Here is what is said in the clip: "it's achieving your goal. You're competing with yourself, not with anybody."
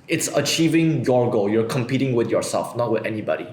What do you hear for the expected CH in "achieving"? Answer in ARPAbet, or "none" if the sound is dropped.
CH